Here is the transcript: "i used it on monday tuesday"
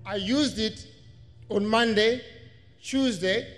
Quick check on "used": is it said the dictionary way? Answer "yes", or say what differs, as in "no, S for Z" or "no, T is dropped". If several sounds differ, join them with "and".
yes